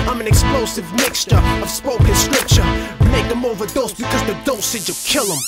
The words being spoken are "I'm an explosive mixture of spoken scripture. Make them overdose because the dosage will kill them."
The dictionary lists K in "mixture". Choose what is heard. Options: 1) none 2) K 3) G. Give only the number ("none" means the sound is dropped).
2